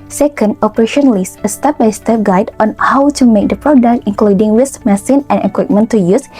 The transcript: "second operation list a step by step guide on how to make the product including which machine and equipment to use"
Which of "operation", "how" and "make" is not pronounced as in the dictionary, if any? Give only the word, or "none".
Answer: none